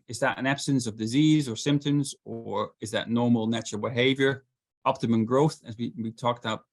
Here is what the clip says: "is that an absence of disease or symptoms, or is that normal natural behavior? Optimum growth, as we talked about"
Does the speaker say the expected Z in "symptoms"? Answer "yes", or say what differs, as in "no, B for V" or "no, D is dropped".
yes